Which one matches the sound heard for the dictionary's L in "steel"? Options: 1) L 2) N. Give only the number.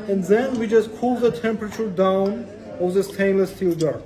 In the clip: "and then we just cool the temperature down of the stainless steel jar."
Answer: 1